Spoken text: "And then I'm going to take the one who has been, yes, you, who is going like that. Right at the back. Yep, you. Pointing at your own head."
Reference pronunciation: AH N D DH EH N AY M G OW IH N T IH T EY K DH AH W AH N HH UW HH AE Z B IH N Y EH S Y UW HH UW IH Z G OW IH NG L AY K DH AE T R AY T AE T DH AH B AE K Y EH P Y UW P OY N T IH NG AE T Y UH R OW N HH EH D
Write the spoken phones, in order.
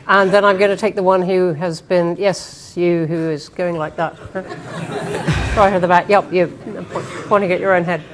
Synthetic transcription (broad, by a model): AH N DH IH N AY M G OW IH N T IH T EY K DH AH W AH N HH UW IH Z B IH N Y EH S Y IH HH UW IH Z G OW IH NG L AY K DH AE T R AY AH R DH AH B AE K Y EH P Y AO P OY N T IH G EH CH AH R OW N HH EH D